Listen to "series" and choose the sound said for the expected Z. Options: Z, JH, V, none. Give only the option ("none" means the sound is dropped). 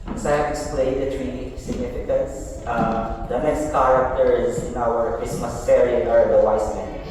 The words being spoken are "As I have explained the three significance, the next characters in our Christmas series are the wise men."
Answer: none